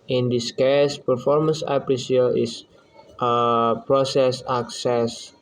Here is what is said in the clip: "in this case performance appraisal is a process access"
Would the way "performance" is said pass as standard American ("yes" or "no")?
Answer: yes